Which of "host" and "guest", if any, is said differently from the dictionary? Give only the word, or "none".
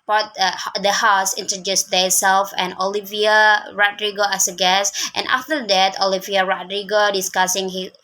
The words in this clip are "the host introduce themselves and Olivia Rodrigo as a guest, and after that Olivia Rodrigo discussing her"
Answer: host